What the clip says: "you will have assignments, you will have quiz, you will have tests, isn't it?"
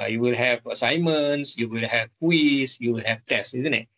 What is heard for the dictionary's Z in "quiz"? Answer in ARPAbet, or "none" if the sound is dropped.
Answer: S